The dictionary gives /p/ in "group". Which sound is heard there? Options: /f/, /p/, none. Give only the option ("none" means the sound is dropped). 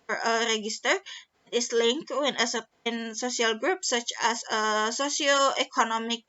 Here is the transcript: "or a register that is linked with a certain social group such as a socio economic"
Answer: /p/